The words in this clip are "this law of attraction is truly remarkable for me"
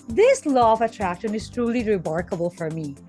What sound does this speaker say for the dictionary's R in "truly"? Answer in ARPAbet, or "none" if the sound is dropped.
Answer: R